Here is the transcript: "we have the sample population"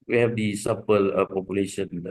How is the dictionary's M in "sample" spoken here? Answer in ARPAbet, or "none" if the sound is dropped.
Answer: none